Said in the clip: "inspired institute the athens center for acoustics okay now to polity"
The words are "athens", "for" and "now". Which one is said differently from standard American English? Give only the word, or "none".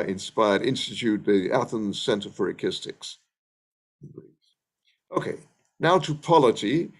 none